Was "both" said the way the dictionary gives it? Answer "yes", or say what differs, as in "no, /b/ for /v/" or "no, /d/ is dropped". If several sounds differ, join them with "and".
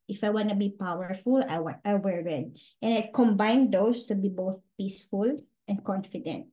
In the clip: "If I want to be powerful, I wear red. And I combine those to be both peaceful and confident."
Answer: yes